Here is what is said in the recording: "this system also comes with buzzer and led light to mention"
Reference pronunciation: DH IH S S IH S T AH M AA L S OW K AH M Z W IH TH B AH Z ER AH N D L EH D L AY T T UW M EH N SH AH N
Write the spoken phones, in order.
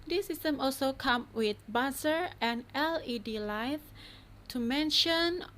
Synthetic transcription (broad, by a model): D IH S S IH S T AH M AA L S OW K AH M W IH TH B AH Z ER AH N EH L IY D L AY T T UW M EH N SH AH N